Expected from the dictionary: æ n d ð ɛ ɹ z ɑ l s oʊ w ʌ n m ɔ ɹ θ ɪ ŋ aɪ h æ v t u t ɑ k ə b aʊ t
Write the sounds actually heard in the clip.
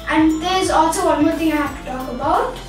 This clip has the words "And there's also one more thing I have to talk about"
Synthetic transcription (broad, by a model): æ n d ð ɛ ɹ z ɑ l s oʊ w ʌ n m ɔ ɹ t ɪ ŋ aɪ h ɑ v t u t ɑ k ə b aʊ t